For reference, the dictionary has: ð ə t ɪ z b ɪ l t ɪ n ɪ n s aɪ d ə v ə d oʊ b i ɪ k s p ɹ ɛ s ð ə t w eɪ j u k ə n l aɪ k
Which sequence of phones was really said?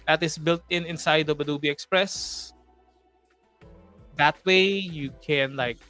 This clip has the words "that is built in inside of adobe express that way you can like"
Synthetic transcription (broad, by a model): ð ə t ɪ s b ɪ l t ɪ n ɪ n s aɪ d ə b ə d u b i ɪ k s p ɹ ɛ s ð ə t w eɪ j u k ə n l aɪ k